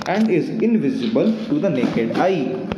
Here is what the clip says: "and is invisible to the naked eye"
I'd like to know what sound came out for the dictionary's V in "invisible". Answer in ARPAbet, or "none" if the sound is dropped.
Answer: V